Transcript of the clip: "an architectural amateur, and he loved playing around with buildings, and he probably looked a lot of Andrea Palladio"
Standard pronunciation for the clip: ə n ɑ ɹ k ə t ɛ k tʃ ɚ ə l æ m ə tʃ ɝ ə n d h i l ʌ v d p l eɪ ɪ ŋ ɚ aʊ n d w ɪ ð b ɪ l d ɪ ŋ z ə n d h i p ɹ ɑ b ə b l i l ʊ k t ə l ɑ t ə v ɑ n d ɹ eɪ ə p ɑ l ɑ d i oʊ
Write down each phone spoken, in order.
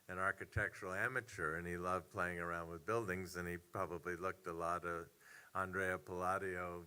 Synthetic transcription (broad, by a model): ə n ɑ ɹ k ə t ɛ k tʃ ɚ l æ m ə tʃ ɝ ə n i l ʌ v p l eɪ ɪ ŋ ɚ aʊ n d w ɪ ð b ɪ l d ɪ ŋ z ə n i p ɹ ɑ b ə b l i l ʊ k t ə l ɑ t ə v ɑ n d ɹ eɪ ə p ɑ l ɑ d i oʊ